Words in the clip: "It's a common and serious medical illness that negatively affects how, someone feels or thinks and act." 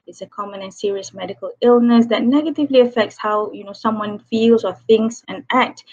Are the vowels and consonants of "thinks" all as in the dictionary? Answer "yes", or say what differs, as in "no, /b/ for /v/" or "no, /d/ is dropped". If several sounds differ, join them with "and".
yes